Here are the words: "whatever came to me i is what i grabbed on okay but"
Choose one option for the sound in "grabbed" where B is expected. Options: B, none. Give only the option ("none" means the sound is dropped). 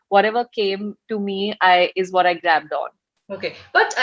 B